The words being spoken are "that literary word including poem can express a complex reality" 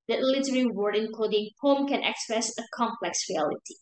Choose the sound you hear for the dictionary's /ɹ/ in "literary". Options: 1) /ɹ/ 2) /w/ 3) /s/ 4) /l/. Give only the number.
2